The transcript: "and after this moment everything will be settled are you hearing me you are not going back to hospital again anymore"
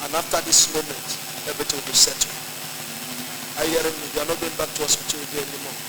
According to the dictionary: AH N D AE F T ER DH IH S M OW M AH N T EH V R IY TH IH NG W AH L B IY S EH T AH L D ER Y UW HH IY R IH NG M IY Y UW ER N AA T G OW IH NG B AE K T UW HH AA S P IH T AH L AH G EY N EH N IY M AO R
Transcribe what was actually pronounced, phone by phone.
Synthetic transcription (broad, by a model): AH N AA F T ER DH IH S M OW M AH N T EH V R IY T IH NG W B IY S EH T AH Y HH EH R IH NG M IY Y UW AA N AA T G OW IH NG B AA K T UW HH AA S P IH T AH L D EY EH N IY M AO